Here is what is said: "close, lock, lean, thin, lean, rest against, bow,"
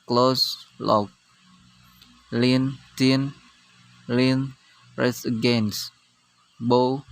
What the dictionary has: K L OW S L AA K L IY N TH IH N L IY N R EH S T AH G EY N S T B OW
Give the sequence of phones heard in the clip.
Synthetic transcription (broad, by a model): K L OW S L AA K L IY N T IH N L IY N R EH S AH G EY N S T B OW